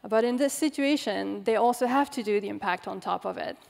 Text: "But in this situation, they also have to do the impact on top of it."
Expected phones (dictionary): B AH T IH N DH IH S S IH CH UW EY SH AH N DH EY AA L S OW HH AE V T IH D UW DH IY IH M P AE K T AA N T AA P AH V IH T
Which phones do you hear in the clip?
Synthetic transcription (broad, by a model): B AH T IH N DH IH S S IH CH UW EY SH AH N DH EY AA L S OW HH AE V T IH D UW DH IY IH M P AE K T N T AA P AH V IH T